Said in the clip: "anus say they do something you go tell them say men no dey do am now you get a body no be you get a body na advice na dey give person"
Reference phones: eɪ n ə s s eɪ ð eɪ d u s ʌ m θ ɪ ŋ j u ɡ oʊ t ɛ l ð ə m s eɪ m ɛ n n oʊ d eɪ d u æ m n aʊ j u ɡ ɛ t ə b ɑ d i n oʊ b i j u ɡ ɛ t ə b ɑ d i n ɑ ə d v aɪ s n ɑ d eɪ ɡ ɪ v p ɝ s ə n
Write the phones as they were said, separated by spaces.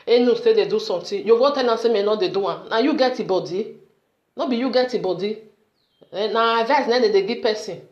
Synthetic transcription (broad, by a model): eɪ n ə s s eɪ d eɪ d u s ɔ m t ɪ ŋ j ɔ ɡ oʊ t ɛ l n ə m s eɪ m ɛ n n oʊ d eɪ d u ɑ n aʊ j u ɡ ɛ t ə b ɑ d i n oʊ b i j u ɡ ɛ t ə b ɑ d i n ɑ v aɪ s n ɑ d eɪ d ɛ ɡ p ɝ s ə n